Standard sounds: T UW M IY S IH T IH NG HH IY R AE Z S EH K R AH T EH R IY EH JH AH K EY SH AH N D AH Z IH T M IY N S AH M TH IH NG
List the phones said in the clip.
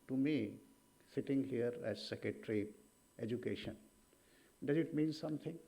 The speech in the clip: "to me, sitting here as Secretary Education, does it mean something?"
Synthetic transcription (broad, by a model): T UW M IY S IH T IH NG HH IY R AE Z S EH K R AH T R IY EH JH AH K EY SH AH N D AH Z IH T M IY N S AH M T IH NG